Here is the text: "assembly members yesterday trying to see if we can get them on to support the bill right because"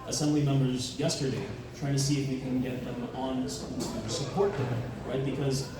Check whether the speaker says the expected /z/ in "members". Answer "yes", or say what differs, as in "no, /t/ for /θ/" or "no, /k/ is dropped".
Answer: yes